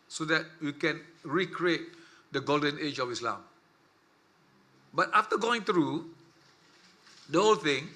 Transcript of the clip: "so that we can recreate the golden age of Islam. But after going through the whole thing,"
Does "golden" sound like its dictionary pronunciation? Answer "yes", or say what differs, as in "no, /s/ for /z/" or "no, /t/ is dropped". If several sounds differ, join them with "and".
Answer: yes